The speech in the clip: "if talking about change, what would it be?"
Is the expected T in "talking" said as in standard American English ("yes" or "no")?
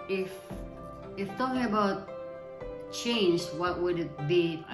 yes